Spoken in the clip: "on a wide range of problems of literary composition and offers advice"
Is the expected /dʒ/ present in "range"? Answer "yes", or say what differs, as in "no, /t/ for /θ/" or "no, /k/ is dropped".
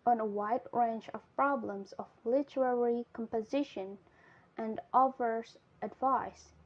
no, /tʃ/ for /dʒ/